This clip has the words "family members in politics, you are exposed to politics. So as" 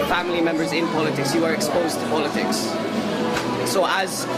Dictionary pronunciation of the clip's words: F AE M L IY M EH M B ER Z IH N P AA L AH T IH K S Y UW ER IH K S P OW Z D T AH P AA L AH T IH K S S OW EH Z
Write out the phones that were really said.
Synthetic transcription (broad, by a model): F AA M L IY M EH M B ER Z IH N P AA L AH T IH K S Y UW ER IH K S P OW Z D T AH P AA L AH T IH K S S OW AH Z